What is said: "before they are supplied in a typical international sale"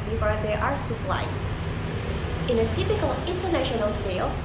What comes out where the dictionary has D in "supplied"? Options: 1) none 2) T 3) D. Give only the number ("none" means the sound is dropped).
1